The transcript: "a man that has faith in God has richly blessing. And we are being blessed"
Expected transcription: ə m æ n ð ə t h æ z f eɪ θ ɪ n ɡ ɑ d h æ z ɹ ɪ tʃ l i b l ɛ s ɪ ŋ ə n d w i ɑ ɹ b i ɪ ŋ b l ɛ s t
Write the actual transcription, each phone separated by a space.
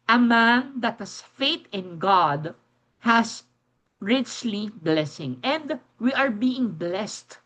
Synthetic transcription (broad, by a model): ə m æ n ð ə t h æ s f eɪ t ɪ n ɡ ɑ d h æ s ɹ ɪ tʃ l i b l ɛ s ɪ ŋ ə n d w i ɑ ɹ b i ɪ ŋ b l ɛ s t